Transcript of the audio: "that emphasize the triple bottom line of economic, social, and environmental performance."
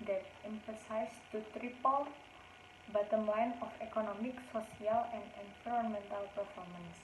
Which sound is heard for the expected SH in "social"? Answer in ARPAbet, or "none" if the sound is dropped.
S